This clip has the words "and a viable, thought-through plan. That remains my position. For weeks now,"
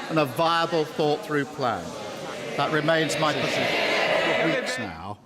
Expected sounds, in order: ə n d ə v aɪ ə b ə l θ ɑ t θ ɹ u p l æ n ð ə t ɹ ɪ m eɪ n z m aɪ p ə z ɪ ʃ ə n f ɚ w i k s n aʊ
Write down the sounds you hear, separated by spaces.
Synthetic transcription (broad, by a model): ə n ə v aɪ ə b ə l θ ɑ t θ ɹ u p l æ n ð ə t ɹ ɪ m eɪ n z m aɪ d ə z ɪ ə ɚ w i k s n aʊ